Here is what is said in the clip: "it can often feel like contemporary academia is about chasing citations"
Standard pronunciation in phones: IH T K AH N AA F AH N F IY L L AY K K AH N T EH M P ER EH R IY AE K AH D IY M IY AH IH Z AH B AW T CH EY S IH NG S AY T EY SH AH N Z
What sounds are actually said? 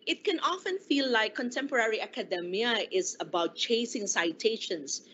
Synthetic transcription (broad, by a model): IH T K AH N AA F AH N F IY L L AY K K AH N T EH M P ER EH R IY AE K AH D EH M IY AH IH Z AH B AW T CH EY S IH NG S AY T EY SH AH N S